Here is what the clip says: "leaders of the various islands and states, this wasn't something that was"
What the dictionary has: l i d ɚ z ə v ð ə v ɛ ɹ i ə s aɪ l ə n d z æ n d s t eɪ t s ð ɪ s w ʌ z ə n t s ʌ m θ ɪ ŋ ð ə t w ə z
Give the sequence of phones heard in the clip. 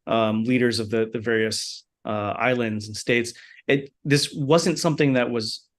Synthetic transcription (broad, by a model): l i d ɚ z ə v ð ə v ɛ ɹ i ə s aɪ l ə n d z n s t eɪ t s ð ɪ s w ʌ z ə n t s ʌ m θ ɪ ŋ ð ə t w ə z